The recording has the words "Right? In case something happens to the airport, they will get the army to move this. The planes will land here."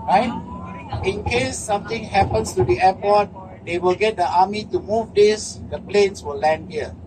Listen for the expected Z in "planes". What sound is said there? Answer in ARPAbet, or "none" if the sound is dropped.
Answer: S